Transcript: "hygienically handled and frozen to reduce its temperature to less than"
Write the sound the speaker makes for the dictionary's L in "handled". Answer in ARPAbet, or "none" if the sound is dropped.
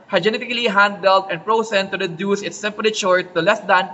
L